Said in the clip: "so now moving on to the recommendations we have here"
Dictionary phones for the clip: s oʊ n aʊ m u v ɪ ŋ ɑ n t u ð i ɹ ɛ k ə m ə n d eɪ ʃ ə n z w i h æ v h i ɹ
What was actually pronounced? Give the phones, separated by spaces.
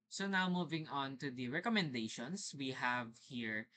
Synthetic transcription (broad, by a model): s oʊ n aʊ m u v ɪ ŋ ɑ n t u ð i ɹ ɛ k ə m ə n d eɪ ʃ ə n s w i h æ v h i ɹ